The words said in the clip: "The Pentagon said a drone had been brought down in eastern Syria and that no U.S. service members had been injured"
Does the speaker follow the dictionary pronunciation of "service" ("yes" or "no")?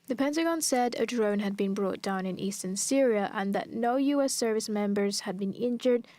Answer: yes